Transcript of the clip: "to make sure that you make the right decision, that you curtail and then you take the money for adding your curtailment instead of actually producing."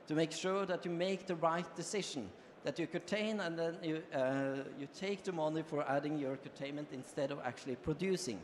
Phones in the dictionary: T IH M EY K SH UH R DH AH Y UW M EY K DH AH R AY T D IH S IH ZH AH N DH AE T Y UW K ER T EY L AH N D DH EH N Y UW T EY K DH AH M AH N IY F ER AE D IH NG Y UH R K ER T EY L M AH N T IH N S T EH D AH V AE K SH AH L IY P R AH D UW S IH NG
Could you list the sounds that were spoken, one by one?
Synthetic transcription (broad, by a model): T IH M EY K SH UH R DH AH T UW M EY K DH AH R AY T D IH S IH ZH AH N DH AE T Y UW K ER T EY N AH N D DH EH N Y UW T EY K DH AH M AH N IY F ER AE D IH NG Y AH R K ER T EY N M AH N T IH N S T EH D AH V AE K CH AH L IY P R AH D UW S IH NG